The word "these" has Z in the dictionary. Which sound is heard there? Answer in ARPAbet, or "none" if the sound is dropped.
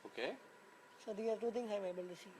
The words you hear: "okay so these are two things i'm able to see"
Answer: none